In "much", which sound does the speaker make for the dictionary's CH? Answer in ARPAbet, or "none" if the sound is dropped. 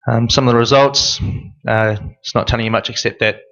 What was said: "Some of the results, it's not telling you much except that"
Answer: CH